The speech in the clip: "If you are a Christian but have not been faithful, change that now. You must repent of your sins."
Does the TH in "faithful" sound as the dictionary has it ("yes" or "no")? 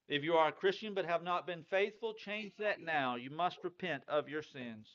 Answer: yes